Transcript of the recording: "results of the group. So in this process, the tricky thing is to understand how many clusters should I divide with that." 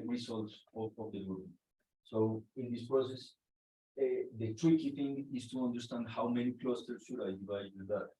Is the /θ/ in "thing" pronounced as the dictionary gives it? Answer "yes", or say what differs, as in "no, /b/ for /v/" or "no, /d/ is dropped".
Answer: no, /t/ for /θ/